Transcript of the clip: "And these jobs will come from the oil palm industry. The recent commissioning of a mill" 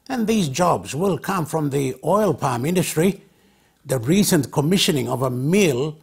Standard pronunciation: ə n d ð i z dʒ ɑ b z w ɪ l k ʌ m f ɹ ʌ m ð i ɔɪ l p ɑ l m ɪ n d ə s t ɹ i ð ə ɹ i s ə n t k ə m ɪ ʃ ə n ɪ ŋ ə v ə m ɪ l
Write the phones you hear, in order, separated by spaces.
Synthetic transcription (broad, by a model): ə n ð i z dʒ ɑ b z w ɪ l k ʌ m f ɹ ʌ m ð i ɔɪ l p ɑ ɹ m ɪ n d ə s t ɹ i ð ə ɹ i s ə n k ə m ɪ ʃ ə n ɪ ŋ ə v ə m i l